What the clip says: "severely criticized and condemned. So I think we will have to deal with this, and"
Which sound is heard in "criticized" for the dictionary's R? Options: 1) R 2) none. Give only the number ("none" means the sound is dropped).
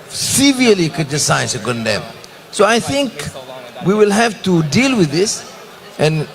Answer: 2